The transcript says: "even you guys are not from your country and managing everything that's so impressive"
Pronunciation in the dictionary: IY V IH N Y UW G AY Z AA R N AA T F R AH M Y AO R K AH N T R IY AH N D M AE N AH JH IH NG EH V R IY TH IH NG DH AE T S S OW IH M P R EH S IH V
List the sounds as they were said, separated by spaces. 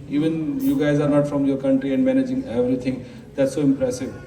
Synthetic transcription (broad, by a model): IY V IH N Y UW G AY Z AA R N AA T F R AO M Y AO R K AH N T R IY AH N D M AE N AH JH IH NG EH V R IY T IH NG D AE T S S OW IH M P R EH S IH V